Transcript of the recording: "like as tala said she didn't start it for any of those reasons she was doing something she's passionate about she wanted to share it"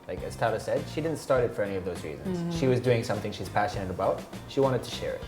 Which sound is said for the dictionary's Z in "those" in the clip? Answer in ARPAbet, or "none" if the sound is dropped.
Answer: Z